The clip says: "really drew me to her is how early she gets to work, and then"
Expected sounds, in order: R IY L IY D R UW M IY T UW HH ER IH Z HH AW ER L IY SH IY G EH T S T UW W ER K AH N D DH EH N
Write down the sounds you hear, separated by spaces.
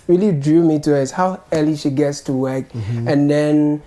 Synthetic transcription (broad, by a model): R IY L IY D R UW M IY T UW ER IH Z HH AW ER L IY SH IY G EH T S T UW W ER K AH N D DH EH N